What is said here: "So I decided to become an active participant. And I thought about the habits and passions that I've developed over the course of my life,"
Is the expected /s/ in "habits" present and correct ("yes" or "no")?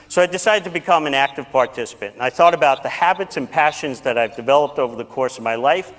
yes